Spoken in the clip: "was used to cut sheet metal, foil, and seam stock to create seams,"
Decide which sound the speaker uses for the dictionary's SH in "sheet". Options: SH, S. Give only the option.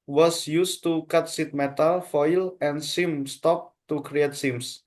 S